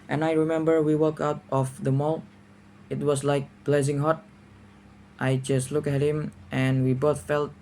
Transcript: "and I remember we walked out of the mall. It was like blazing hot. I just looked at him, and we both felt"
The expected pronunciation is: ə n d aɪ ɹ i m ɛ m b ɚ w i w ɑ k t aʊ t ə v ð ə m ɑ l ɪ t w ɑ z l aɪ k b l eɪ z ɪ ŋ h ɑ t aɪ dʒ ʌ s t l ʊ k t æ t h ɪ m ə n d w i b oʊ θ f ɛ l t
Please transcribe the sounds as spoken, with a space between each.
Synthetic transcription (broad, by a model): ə n aɪ ɹ i m ɛ m b ɚ w i w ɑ k aʊ t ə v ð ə m ɑ l ɪ t w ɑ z l aɪ k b l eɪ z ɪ ŋ h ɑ t aɪ dʒ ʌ s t l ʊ k æ t h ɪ m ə n w i b oʊ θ f ɛ l t